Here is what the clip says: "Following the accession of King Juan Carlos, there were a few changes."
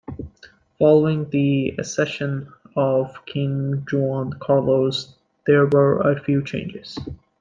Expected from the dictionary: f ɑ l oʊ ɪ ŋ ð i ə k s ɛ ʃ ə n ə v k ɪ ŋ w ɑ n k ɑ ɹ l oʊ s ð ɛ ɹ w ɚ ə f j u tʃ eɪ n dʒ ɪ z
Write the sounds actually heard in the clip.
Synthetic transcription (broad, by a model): f ɑ l oʊ ɪ ŋ ð i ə s ɛ ʃ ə n ə v k ɪ ŋ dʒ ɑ n k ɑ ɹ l oʊ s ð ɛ ɹ w ɚ ə f j u tʃ eɪ n dʒ ɪ z